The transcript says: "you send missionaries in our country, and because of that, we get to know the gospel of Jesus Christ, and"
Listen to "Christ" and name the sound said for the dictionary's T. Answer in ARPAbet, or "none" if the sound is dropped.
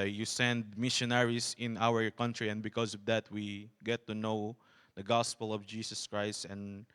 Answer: T